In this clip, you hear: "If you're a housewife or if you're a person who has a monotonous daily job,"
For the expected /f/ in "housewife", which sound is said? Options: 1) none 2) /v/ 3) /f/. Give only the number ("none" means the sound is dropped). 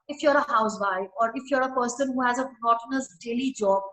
1